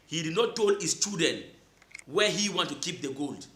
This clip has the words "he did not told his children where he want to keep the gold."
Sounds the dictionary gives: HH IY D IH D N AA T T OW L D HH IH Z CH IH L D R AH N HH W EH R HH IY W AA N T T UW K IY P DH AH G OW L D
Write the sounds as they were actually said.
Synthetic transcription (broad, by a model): HH IY D IH D N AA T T OW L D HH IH S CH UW D AH N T W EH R HH IY W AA N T T UW K IY P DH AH G OW L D